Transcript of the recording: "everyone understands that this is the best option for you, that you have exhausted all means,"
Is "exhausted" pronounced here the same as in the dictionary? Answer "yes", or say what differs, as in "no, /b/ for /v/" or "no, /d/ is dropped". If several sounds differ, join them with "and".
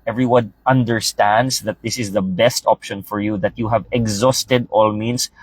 yes